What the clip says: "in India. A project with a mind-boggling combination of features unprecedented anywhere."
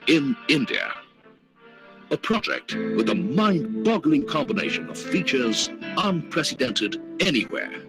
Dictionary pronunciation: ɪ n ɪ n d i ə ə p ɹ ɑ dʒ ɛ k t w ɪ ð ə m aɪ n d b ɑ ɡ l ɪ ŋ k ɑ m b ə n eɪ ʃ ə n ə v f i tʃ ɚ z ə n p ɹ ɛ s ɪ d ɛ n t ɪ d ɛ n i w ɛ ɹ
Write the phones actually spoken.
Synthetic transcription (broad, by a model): ɪ n ɪ n d i ə ə p ɹ ɑ dʒ ɛ k t w ɪ ð ə m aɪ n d b ɑ ɡ l ɪ ŋ k ɑ m b ə n eɪ ʃ ə n ə v f i tʃ ɚ z ə n p ɹ ɛ s ɪ d ɛ n t ɪ d ɛ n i w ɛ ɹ